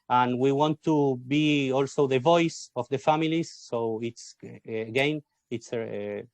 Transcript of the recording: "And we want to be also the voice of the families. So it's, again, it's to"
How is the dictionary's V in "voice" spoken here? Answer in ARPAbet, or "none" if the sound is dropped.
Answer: V